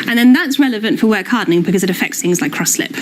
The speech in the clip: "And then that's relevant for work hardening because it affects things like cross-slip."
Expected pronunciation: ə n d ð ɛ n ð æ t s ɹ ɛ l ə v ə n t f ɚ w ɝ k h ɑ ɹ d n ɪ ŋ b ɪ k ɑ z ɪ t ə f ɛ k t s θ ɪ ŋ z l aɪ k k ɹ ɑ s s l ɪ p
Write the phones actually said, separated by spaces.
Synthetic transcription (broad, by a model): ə n ð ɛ n ð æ t s ɹ ɛ l ə v ə n t f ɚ w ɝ k h ɑ d n ɪ ŋ b ɪ k ɑ z ɪ t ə f ɛ k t s θ ɪ ŋ z l aɪ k k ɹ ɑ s s l ɪ p